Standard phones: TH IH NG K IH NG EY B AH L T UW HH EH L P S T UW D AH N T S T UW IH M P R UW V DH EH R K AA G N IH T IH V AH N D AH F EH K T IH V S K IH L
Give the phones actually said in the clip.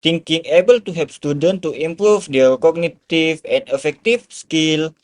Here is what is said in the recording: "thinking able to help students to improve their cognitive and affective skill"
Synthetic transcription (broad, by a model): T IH NG K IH NG EY B AH L T UW HH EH P S T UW D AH N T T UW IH M P R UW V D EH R K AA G N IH T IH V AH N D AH F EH K T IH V S K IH L